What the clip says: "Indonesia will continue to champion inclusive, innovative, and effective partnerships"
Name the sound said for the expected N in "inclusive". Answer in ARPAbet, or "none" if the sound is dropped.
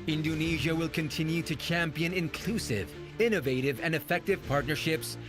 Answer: N